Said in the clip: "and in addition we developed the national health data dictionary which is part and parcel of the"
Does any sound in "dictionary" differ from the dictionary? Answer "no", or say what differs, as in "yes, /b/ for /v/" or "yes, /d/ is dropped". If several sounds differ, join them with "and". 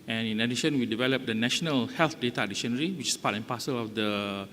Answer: yes, /k/ is dropped